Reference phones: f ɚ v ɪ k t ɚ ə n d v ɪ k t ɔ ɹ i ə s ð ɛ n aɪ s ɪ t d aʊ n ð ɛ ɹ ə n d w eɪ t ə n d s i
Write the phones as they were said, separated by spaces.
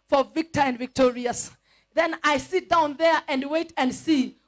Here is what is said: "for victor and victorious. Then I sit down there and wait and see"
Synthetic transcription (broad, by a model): f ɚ v ɪ k t ɚ ə n d v ɪ k t ɔ ɹ i ə s ð ɛ n aɪ s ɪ t d aʊ n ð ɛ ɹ ə n d w eɪ t ə n d s i